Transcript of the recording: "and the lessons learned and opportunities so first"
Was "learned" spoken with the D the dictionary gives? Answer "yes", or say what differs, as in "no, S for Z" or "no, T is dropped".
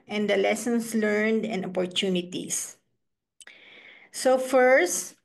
yes